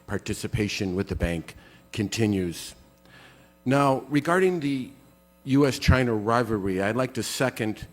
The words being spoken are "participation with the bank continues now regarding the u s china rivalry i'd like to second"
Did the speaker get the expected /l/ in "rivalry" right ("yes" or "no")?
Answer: no